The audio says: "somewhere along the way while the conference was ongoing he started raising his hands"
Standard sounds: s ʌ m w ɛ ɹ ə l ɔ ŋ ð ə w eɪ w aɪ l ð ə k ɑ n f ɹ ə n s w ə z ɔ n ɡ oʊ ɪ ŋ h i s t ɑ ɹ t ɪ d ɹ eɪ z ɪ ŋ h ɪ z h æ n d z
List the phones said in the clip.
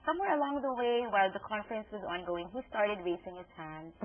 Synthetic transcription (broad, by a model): s ʌ m w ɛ ɹ ə l ɔ ŋ ð ə w eɪ w aɪ l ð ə k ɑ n f ɹ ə n s w ə z ɔ n ɡ oʊ ɪ ŋ h i s t ɑ ɹ t ɪ d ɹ eɪ s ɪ ŋ h ɪ z h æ n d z